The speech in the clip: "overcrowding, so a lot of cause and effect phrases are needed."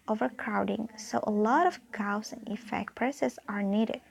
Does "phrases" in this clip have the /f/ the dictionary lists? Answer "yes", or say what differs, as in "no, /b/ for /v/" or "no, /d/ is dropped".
no, /p/ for /f/